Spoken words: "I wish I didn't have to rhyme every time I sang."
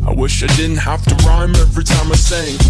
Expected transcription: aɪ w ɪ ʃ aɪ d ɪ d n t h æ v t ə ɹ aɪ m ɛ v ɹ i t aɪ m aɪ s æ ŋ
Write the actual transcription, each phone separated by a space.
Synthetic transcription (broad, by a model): aɪ w ɪ ʃ aɪ d ɪ d n t h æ f t ə ɹ aɪ m ɛ v ɹ i t aɪ m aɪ s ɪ ŋ